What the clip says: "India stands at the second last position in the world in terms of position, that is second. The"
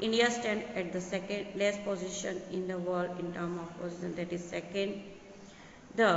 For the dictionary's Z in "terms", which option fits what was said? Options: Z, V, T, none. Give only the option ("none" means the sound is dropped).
none